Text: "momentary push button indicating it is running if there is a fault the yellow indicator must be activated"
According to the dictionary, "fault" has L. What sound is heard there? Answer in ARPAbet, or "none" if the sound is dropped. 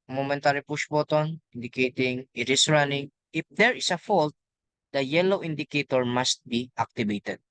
L